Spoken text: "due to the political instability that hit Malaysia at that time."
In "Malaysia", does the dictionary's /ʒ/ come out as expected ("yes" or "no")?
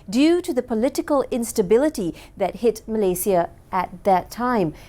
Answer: no